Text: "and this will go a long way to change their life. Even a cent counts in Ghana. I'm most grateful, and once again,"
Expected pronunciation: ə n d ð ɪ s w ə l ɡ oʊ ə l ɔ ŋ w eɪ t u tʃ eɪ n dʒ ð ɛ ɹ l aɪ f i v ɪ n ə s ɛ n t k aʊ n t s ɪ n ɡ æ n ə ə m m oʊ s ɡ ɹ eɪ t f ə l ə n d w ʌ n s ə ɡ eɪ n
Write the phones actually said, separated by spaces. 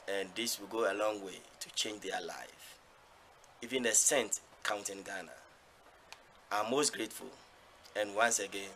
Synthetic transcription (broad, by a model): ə n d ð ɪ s w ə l ɡ oʊ ə l ɔ ŋ w eɪ t u tʃ eɪ n dʒ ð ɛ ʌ l aɪ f i v ɪ n ə s ɛ n t k aʊ n t ɪ n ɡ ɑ n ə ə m m oʊ s ɡ ɹ eɪ t f ə l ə n w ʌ n s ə ɡ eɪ n